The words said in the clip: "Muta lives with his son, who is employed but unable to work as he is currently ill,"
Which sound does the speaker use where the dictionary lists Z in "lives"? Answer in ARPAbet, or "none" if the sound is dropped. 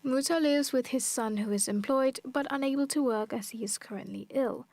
Z